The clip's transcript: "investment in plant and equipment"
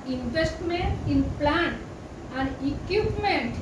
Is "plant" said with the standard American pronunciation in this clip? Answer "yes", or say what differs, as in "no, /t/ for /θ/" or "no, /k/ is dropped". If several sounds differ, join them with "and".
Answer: no, /t/ is dropped